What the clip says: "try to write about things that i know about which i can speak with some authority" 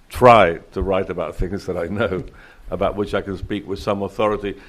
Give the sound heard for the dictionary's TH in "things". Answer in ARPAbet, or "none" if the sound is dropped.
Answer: TH